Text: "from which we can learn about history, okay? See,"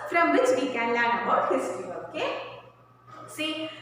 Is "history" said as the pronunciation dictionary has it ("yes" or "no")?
no